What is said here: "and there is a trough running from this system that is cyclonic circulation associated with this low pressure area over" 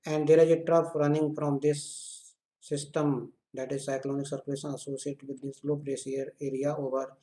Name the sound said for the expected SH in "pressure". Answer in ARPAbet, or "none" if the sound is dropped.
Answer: S